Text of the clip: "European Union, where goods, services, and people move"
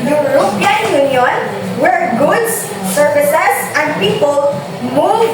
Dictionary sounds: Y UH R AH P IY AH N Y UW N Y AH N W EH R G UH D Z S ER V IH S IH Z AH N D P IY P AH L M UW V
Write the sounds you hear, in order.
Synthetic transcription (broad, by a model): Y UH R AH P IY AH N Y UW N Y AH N W EH R G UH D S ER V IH S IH S AH N D P IY P AH L M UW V